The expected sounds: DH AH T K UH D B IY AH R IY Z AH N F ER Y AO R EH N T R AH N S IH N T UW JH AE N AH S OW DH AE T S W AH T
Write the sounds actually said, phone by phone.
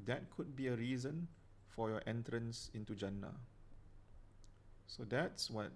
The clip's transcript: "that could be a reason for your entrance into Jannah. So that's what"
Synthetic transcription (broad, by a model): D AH T K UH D B IY AH R IY Z AH N F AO Y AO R EH N T R AH N S IH N T UW JH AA N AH S OW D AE T S W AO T